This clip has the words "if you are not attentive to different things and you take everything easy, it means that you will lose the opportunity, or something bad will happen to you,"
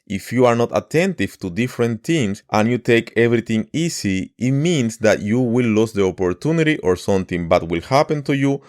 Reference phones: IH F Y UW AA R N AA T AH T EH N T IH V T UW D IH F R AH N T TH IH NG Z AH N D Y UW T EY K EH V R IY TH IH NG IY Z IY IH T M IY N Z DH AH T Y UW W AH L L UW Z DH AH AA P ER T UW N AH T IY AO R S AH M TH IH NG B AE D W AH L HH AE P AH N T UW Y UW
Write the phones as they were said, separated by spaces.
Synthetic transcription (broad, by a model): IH F Y UW AA R N AA T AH T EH N T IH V T UW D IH F R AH N T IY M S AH N Y UW T EY K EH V R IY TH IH NG IY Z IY IH T M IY N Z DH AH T Y UW W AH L L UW S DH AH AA P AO T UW N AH T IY AO R S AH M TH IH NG B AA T W AH L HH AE P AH N T UW Y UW